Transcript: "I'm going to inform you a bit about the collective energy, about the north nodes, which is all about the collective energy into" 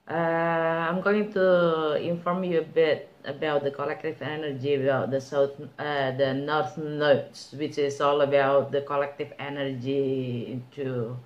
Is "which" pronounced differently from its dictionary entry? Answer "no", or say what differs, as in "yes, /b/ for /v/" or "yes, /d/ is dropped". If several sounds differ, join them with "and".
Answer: no